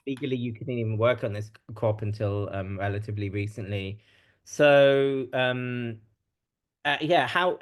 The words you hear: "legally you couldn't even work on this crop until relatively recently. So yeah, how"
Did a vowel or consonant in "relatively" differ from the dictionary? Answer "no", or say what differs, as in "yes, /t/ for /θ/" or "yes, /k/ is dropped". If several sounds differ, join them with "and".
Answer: no